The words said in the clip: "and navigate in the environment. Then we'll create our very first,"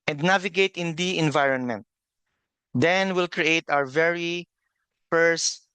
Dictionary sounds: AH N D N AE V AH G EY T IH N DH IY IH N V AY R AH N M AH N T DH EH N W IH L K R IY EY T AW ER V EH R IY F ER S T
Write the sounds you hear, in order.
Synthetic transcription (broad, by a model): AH N D N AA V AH G EY T IH N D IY IH N V AY R AH N M AH N T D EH N W IH L K R IY EY T AW ER V EH R IY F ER S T